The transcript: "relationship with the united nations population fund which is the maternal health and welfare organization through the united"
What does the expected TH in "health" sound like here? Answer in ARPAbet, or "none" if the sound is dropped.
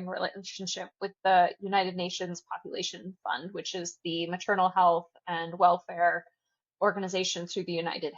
TH